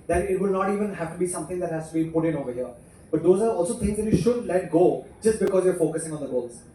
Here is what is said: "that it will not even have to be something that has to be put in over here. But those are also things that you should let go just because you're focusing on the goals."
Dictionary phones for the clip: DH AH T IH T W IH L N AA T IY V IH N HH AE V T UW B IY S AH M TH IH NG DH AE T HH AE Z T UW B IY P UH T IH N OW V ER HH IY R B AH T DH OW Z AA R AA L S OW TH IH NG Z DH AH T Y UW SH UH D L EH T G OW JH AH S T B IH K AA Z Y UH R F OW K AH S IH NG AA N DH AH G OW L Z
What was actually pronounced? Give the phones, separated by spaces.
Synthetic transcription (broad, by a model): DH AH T IH T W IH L N AA T IY V IH N HH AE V T UW B IY S AH M T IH NG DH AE T HH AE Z T UW B IY P UH T IH N OW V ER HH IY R B AH T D OW Z AA R AA L S OW T IH NG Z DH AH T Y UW SH UH D L EH T G OW JH AH S T B IH K AA Z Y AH R F OW K AH S IH NG AA N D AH G OW L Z